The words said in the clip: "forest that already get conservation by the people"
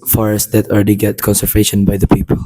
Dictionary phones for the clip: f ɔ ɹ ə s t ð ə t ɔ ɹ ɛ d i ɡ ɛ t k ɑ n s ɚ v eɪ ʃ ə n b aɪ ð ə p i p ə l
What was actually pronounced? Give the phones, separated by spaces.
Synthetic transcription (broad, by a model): f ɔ ɹ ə s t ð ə t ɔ l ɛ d i ɡ ɛ t k ɑ n s ɚ v eɪ ʃ ə n b aɪ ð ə p i p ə l